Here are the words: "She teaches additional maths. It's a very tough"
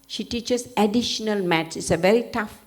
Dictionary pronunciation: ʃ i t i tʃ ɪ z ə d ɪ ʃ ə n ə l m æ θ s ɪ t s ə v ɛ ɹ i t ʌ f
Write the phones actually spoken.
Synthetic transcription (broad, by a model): ʃ i t i tʃ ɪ s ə d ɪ ʃ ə n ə l m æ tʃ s ɪ t s ə v ɛ ɹ i t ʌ f